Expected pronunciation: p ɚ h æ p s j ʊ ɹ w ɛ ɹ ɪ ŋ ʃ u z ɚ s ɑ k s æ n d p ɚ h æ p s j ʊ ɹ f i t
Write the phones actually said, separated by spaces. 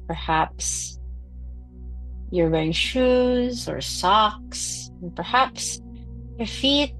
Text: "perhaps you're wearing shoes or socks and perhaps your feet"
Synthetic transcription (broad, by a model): p ɚ h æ p s j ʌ ɹ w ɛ ɪ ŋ ʃ u z ɚ s ɑ k s n p ɚ h æ p s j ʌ ɹ f i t